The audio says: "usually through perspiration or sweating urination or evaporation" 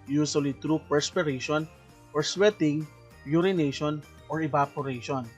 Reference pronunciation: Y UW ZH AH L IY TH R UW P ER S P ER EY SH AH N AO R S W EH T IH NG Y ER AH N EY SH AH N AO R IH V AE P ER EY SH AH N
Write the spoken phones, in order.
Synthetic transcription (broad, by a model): Y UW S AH L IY T R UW P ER S P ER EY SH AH N AO R S W EH T IH NG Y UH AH N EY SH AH N AO R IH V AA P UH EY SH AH N